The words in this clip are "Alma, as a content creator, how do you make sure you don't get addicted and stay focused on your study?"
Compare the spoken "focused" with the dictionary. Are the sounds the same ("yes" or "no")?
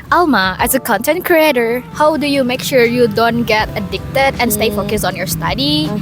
no